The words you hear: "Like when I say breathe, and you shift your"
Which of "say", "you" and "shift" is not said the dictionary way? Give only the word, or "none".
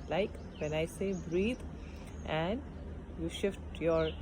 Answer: none